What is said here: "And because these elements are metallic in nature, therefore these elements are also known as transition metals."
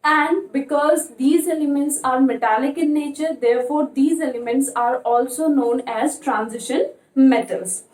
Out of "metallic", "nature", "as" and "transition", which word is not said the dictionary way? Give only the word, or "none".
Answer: none